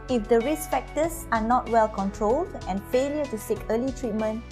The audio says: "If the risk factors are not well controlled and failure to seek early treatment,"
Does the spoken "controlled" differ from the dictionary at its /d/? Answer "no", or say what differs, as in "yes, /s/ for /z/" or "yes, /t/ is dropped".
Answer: no